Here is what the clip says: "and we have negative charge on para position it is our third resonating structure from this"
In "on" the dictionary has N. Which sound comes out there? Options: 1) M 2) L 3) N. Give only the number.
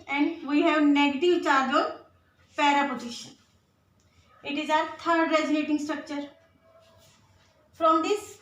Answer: 2